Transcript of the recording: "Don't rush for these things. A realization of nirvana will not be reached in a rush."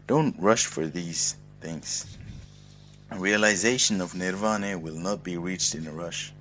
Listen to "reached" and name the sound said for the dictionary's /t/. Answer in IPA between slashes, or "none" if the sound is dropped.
/t/